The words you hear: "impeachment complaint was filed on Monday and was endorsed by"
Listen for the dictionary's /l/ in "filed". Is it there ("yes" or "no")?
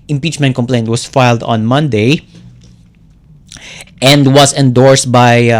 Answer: yes